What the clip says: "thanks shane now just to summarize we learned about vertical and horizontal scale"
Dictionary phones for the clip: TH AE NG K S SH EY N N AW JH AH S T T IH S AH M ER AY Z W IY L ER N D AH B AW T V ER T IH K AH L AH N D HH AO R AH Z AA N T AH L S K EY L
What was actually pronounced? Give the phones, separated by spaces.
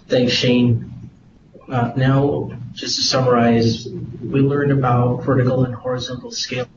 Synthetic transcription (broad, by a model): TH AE NG K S SH EY N N AW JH AH S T T IH S AH M ER AY Z W IY L ER N D AH B AW T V ER T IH K L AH N HH AO R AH Z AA N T L S K EY